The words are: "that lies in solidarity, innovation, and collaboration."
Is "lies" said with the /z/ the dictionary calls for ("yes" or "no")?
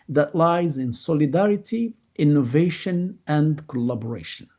yes